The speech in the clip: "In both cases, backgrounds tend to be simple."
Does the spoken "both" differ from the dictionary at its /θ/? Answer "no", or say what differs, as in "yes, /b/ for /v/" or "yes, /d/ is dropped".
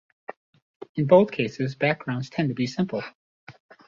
no